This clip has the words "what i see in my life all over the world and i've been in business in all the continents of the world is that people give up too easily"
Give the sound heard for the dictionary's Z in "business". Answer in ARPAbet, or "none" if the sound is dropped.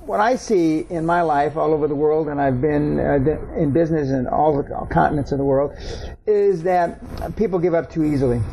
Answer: Z